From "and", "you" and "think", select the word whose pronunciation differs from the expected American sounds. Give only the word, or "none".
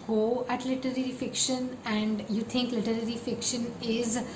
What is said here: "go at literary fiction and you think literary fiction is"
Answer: think